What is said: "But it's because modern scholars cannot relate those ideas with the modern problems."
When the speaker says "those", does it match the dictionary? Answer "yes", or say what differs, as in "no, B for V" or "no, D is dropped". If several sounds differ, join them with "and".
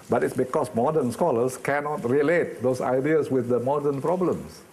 no, S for Z